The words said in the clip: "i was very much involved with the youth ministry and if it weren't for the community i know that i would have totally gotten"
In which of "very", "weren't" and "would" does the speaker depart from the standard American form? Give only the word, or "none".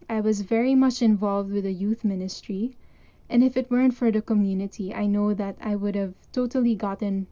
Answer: none